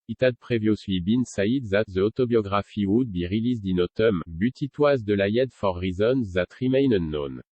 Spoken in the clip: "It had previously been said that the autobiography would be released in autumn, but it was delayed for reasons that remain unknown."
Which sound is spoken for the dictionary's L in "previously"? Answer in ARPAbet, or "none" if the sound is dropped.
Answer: W